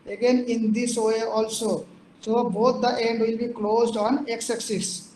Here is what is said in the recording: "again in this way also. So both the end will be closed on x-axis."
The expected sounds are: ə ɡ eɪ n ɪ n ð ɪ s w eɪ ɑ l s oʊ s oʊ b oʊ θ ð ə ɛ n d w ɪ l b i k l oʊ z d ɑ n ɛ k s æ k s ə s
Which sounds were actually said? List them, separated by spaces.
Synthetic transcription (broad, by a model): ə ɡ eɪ n ɪ n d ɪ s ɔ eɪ ɑ l s oʊ s oʊ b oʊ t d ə ɛ n d w ɪ l b i k l oʊ z d ɑ n ɛ k s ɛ k s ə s